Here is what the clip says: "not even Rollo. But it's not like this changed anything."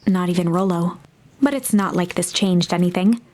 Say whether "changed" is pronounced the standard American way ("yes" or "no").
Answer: yes